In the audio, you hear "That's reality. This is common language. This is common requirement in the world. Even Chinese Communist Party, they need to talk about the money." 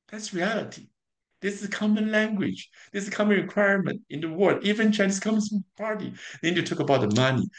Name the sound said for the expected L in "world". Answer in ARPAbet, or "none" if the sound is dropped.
none